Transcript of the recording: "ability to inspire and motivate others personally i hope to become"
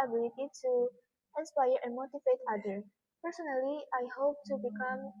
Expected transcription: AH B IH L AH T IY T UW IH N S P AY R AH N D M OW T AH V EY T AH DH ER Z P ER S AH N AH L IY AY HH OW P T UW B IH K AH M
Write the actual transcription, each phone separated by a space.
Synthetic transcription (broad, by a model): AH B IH L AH T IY T UW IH N S P AY R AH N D M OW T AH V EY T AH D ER P ER S AH N AH L IY AY HH OW P T UW B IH K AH M